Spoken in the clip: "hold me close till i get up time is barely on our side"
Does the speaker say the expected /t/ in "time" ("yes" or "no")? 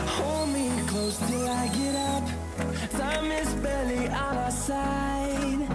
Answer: no